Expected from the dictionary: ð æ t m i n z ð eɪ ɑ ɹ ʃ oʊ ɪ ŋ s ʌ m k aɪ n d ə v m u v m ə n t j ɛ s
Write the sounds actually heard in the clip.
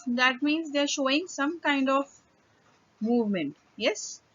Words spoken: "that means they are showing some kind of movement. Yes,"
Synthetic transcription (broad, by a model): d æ t m i n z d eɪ ɹ ʃ oʊ ɪ ŋ s ʌ m k aɪ n d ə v m u v m ə n t j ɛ s